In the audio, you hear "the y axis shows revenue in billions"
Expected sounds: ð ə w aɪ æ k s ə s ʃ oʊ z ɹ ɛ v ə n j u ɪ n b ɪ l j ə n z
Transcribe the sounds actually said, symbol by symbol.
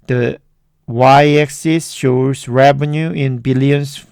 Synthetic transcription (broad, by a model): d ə w aɪ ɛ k s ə s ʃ oʊ s ɹ ɛ v ə n j u ɪ n b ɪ l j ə n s